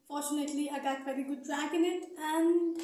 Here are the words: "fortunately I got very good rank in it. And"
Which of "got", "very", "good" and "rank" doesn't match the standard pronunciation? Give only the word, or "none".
rank